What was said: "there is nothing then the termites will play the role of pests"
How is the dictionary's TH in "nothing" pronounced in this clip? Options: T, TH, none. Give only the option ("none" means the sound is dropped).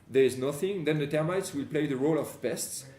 TH